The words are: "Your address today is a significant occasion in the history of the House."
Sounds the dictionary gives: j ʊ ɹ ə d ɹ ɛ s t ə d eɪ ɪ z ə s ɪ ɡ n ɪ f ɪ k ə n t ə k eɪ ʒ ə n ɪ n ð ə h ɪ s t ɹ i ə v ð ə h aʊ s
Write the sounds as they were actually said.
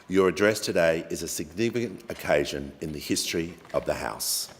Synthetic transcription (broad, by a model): j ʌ ɹ ə d ɹ ɛ s t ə d eɪ ɪ z ə s ɪ ɡ n ɪ f ɪ k ə n t ə k eɪ ʒ ə n ɪ n ð ə h ɪ s t ɹ i ə v ð ə h aʊ s